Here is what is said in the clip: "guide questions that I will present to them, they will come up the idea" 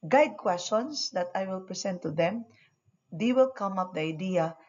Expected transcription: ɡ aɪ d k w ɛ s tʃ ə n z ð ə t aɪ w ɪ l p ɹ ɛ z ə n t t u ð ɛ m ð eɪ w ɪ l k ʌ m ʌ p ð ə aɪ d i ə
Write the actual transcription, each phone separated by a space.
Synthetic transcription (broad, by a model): ɡ aɪ d k w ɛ s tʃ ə n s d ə t aɪ w ɪ l p ɹ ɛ s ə n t t u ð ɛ m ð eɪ w ɪ l k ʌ m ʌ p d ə aɪ d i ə